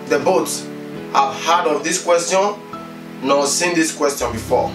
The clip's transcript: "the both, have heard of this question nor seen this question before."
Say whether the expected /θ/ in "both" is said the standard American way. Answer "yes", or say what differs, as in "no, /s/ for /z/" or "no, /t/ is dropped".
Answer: no, /s/ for /θ/